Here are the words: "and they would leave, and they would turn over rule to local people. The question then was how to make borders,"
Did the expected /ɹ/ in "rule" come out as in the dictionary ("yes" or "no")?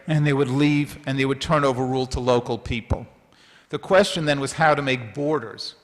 yes